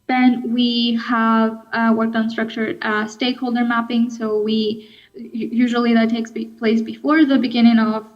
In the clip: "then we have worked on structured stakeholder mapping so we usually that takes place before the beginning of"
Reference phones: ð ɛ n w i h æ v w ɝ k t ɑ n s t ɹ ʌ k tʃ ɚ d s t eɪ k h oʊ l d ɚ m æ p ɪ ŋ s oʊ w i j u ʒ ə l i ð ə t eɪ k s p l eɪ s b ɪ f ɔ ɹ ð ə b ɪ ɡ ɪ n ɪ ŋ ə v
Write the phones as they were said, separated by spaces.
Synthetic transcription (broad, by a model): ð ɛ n w i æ v w ɝ k t n s t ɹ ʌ k tʃ ɚ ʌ s t eɪ k h oʊ l d ɚ m æ p ɪ ŋ s oʊ w i j u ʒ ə l i ð ə t eɪ k s p l eɪ s b ɪ f ɔ ɹ ð ə b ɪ ɡ ɪ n ɪ ŋ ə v